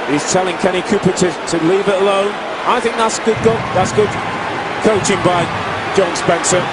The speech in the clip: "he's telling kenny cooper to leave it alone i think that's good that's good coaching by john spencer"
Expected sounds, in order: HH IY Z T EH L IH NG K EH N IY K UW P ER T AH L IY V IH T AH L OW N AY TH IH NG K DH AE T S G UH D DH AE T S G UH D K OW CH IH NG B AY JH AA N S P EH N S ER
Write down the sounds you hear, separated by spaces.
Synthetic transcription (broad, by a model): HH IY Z T EH L IH NG K EH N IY K UW P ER T AH L IY V IH T AH L OW N AY TH IH NG K DH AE T S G UH D DH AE T S G UH D K OW CH IH NG B AY JH AA N S P EH N S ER